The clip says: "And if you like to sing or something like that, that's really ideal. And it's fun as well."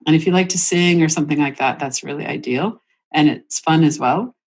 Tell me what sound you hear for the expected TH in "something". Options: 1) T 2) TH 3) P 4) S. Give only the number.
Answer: 2